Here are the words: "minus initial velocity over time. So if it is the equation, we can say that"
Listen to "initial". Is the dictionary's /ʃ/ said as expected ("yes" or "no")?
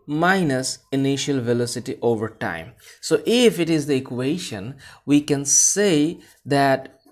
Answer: yes